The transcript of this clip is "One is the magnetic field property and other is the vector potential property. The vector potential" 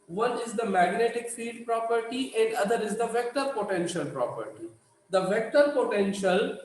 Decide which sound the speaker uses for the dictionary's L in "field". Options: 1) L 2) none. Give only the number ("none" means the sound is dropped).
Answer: 2